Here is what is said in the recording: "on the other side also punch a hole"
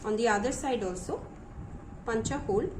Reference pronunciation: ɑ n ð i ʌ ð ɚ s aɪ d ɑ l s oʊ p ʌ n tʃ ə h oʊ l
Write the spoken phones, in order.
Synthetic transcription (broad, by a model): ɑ n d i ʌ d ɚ s aɪ d ɑ l s oʊ p ʌ n tʃ ə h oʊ l